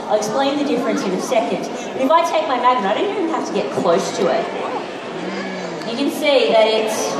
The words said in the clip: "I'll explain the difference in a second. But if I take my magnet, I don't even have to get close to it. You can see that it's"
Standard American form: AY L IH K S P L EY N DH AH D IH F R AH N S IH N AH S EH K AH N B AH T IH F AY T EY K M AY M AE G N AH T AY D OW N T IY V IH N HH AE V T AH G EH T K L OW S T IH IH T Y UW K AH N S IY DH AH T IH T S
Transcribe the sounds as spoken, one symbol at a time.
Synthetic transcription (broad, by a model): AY IH K S P L EY N DH AH D IH F R AH N S IH N AH S EH K AH N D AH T IH F AY T EY K M AY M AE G AH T AY D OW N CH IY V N HH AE F T AH G EH T K L OW S T IH IH T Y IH K AH N S IY DH AH T IH T S